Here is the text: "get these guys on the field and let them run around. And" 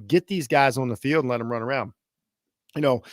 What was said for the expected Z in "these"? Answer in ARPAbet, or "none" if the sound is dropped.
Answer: Z